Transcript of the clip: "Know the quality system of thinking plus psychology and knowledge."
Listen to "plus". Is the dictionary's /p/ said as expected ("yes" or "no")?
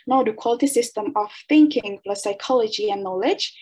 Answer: no